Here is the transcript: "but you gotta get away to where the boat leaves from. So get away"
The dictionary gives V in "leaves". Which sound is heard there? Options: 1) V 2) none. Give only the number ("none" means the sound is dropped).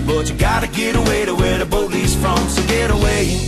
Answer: 2